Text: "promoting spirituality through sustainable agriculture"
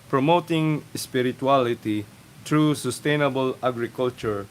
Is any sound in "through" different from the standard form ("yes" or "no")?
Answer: yes